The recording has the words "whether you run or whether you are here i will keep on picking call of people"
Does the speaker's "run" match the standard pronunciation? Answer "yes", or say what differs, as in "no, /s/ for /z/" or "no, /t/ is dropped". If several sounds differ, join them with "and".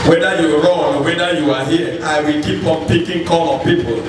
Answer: no, /n/ is dropped